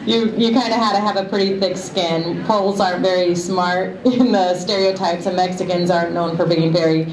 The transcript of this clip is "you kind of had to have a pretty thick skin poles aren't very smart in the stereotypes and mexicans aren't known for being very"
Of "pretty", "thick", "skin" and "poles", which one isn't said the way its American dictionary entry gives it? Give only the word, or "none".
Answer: none